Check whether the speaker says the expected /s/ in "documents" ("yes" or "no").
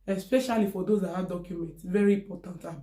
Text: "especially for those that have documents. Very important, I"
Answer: yes